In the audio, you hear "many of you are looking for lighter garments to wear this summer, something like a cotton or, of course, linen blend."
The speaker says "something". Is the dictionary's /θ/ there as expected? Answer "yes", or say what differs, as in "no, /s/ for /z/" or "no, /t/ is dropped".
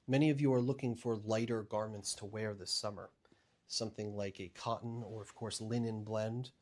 yes